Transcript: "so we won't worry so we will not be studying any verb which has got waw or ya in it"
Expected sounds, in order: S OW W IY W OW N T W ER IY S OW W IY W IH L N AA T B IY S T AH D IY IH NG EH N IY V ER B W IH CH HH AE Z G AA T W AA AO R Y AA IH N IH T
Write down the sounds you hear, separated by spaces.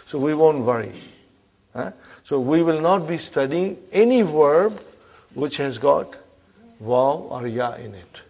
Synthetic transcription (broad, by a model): S OW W IY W OW N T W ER IY S OW W IY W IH L N AA T B IY S T AH D IY IH NG EH N IY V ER B W IH CH HH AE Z G AA T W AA AO R Y AA IH N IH T